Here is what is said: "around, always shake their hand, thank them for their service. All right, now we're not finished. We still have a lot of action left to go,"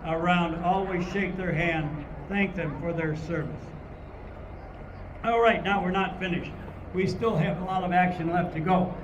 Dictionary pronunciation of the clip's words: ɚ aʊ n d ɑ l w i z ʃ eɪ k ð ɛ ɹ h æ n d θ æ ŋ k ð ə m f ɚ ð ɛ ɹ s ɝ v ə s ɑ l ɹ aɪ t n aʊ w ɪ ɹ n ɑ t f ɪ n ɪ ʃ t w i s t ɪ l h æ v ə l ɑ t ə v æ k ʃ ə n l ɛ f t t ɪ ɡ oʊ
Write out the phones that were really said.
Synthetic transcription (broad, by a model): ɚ aʊ n d ɑ l w i z ʃ eɪ k ð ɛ ɹ h æ n d θ æ ŋ k ð ə m f ɚ ð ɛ ɹ s ɝ v ə s ɑ l ɹ aɪ t n aʊ w ɪ ɹ n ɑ t f ɪ n ɪ ʃ t w i s t ɪ l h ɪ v ə l ɑ t ə v æ k ʃ ə n l ɛ f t t ɪ ɡ oʊ